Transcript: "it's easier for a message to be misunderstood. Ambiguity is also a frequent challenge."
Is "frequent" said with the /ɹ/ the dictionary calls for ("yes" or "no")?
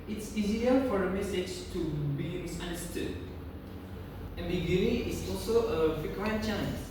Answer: no